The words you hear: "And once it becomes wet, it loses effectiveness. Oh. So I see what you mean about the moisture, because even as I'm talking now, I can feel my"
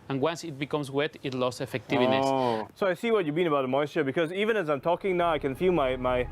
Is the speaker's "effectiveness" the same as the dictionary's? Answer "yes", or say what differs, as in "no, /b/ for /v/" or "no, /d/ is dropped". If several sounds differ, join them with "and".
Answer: no, /n/ is dropped